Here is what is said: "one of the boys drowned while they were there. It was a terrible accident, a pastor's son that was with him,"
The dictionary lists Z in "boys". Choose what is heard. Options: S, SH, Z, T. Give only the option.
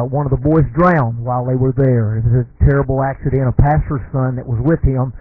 Z